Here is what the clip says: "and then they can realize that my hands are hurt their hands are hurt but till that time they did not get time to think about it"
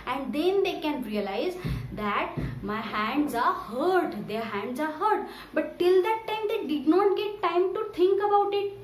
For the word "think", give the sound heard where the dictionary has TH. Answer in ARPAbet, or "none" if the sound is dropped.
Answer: T